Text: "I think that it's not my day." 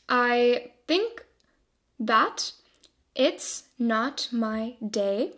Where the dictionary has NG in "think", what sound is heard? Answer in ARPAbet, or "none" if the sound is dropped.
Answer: NG